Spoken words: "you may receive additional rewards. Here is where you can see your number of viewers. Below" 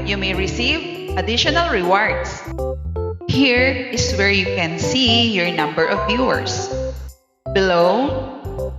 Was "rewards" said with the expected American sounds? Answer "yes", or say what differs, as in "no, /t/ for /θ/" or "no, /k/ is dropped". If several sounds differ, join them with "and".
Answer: no, /s/ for /z/